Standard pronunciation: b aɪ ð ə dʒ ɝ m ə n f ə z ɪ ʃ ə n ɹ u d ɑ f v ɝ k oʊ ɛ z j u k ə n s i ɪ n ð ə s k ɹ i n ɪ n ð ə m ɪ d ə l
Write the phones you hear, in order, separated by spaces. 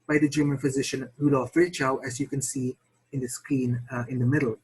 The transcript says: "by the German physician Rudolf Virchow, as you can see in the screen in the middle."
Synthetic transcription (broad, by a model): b aɪ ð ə dʒ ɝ m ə n f ə z ɪ ʃ ə n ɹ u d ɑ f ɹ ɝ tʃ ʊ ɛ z j u k ə n s i ɪ n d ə s k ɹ i n ɪ n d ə m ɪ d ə l